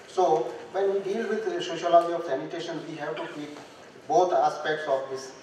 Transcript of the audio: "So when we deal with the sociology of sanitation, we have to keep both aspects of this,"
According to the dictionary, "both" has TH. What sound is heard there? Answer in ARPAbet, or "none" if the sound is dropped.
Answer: T